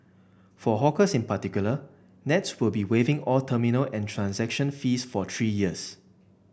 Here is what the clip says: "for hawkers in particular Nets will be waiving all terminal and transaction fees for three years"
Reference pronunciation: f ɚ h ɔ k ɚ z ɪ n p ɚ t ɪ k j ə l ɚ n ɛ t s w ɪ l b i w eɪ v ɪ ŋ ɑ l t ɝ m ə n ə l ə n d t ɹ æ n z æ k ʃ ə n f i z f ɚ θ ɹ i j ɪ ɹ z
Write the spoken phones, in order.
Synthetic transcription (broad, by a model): f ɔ h ɔ k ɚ s ɪ n p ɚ t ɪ k j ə l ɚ n ɛ t s w ɪ l b i w eɪ v ɪ ŋ ɑ l t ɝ m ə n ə l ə n t ɹ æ n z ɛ k ʃ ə n f i s f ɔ t ɹ i j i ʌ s